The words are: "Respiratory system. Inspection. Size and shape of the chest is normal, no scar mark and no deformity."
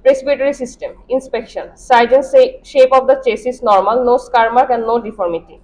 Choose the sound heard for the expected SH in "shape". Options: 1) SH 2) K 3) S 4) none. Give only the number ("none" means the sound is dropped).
1